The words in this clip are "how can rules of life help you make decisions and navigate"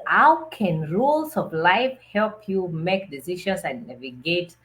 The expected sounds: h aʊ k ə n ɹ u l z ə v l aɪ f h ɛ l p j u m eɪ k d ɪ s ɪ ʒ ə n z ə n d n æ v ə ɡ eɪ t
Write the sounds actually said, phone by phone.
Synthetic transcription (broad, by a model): h aʊ k ə n ɹ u l s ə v l aɪ f h ɛ l p j u m eɪ k d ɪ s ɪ ʃ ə n s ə n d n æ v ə ɡ eɪ t